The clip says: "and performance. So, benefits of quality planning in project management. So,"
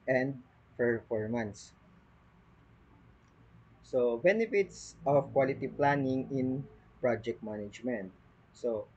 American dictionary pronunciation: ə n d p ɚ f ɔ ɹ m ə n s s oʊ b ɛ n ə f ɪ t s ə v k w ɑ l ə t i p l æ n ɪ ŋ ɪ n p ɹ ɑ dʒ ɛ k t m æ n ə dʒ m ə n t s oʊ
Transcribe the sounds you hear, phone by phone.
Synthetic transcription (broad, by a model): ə n d f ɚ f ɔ ɹ m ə n s s oʊ b ɛ n ə f ɪ t s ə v k w ɑ l ə t i p l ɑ n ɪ ŋ ɪ n p ɹ ɑ dʒ ɛ k t m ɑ n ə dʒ m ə n t s oʊ